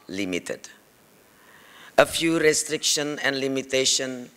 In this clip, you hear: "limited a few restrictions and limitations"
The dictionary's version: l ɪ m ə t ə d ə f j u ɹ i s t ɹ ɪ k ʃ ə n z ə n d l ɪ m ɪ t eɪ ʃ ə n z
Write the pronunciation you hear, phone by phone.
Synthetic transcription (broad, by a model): l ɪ m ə t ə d ə f j u ɹ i s t ɹ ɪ k ʃ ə n ə n d l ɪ m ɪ t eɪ ʃ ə n